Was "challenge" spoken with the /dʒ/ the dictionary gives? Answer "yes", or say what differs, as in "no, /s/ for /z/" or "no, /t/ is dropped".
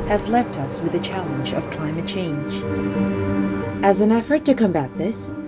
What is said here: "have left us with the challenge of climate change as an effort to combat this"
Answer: yes